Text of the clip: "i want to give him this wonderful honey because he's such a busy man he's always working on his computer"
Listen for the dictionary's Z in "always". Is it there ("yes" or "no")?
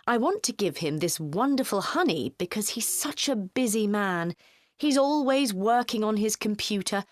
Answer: yes